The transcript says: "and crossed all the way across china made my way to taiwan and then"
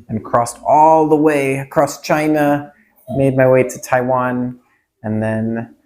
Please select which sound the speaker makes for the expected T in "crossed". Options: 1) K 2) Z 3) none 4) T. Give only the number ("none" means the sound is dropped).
4